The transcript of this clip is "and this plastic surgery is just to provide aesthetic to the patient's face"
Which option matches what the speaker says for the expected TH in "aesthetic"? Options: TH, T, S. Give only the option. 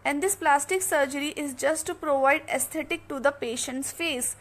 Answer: T